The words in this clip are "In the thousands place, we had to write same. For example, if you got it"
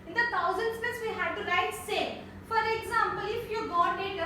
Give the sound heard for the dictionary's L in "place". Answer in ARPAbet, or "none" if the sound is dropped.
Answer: none